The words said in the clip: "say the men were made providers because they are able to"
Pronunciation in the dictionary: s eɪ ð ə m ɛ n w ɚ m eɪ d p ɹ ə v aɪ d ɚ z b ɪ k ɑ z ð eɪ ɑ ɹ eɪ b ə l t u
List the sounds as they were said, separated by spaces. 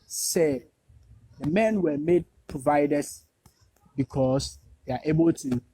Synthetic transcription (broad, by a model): s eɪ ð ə m ɛ n w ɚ m eɪ d p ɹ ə v aɪ d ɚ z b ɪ k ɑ s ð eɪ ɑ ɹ eɪ b ə l t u